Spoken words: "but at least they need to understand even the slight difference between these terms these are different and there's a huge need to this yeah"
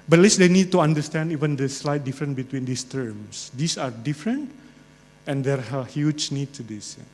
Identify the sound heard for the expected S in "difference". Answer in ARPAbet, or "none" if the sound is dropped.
none